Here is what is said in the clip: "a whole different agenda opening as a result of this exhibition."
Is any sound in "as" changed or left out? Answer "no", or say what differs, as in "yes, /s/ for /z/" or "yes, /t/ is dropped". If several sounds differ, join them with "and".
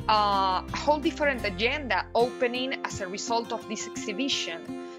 yes, /s/ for /z/